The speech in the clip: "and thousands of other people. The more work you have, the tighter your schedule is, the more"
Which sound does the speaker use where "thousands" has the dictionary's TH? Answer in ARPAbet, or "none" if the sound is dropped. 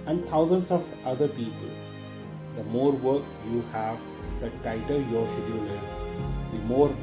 T